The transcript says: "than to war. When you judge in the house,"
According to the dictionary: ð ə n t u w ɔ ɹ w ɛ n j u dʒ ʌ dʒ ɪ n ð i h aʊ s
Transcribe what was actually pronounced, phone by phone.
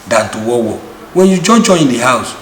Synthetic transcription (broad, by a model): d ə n t u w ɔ w w ɛ n j u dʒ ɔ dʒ ɪ n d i h aʊ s